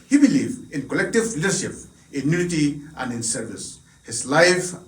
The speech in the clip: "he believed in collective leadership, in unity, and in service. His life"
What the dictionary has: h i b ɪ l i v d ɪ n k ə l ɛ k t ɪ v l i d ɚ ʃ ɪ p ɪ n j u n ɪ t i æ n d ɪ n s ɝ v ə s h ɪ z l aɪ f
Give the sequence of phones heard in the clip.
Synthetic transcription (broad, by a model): h i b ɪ l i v ɪ n k ə l ɛ k t ɪ v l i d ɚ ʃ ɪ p ɪ n j u n ɪ t i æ n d ɪ n s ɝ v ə s h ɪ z l aɪ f